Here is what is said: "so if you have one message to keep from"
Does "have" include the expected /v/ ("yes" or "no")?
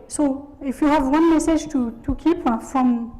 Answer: yes